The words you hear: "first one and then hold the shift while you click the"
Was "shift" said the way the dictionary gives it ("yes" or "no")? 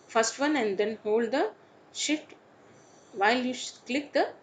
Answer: no